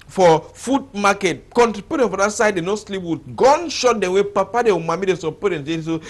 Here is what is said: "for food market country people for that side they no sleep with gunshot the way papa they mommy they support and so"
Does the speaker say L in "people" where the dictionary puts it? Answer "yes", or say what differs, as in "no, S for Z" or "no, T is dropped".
no, N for L